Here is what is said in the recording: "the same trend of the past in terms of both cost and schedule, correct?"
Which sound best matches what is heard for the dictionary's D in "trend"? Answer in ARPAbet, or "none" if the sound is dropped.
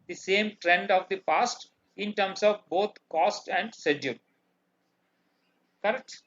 D